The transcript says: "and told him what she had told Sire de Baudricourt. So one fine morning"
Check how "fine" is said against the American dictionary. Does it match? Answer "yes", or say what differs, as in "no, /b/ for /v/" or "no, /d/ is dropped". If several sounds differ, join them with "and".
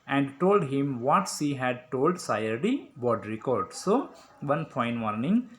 no, /p/ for /f/